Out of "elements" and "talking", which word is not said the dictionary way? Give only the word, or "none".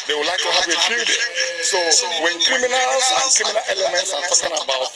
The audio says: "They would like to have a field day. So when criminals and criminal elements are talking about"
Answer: none